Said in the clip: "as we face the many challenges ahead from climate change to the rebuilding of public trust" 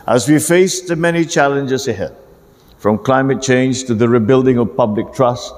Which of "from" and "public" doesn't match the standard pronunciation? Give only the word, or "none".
none